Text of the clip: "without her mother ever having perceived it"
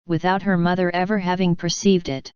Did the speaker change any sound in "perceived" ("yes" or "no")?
no